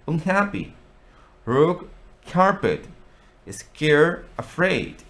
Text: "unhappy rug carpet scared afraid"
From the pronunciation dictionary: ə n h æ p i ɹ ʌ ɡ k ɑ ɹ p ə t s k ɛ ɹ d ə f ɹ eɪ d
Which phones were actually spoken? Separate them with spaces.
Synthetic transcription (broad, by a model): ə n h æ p i ɹ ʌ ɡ k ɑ ɹ p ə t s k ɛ ɹ ə f ɹ eɪ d